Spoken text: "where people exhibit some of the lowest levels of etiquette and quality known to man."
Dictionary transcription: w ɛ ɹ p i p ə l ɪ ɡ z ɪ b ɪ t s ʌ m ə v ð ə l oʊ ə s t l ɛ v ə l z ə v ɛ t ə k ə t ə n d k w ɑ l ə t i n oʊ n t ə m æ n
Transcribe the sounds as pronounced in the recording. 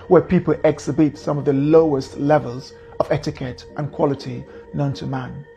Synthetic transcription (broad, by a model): w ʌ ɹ p i p ə l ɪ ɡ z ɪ b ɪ t s ʌ m ə v ð ə l oʊ ə s t l ɛ v ə l z ə v ɛ t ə k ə t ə n k w ɑ l ə t i n oʊ n t ə m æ n